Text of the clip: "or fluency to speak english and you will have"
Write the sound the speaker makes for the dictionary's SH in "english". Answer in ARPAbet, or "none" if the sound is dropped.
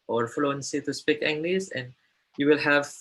S